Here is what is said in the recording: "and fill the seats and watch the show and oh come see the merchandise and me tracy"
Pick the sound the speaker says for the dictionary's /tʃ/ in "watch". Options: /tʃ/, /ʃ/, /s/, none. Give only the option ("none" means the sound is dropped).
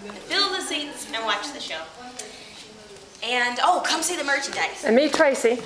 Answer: /tʃ/